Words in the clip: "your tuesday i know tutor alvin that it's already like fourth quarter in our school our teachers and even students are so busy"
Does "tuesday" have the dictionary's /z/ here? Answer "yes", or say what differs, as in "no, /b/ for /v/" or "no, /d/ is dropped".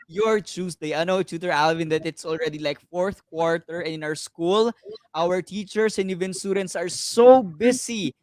no, /s/ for /z/